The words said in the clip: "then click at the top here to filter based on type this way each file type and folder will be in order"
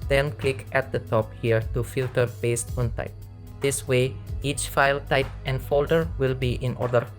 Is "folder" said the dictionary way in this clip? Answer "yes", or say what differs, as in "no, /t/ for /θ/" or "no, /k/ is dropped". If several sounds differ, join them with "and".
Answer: yes